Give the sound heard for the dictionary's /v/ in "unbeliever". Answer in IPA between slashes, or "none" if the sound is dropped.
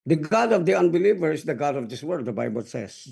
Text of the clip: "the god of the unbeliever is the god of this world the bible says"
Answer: /v/